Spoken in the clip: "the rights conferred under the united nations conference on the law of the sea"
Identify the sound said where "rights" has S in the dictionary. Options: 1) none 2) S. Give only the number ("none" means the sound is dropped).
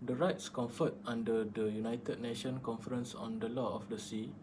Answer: 2